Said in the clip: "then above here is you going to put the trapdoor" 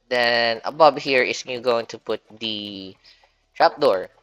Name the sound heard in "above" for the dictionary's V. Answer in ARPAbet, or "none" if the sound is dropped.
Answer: B